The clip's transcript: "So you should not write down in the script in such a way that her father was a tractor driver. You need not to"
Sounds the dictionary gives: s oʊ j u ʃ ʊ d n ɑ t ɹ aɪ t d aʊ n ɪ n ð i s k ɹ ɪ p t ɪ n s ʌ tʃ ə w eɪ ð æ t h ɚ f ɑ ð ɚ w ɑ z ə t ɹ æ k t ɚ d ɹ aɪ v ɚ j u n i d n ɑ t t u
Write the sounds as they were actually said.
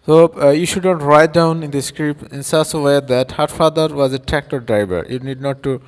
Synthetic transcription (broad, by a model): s oʊ j u ʃ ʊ d n ɑ t ɹ aɪ t d aʊ n ɪ n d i s k ɹ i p ɪ n s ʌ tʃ ə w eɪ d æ t h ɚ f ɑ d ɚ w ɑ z ə t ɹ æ k t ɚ d ɹ aɪ b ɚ j u n i d n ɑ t t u